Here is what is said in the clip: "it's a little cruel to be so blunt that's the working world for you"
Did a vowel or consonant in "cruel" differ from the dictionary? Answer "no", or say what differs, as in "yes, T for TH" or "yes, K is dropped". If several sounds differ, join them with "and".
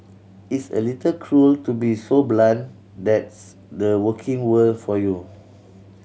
no